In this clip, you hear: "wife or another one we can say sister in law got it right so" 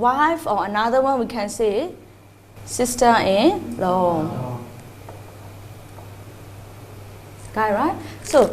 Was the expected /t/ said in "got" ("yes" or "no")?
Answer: no